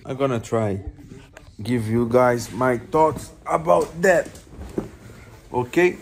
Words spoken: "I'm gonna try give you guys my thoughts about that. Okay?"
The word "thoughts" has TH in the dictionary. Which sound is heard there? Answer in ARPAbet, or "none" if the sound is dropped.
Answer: T